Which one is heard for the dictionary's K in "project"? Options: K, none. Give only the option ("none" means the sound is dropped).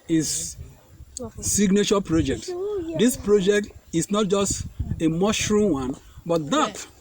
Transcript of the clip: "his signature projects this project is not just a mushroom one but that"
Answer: K